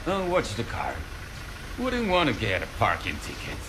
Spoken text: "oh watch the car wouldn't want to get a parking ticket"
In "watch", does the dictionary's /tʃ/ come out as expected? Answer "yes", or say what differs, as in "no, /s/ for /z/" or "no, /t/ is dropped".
no, /s/ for /tʃ/